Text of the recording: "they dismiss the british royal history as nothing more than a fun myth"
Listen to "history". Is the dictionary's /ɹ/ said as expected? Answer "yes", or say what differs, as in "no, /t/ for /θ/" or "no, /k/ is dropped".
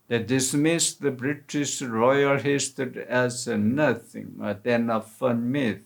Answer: no, /ɹ/ is dropped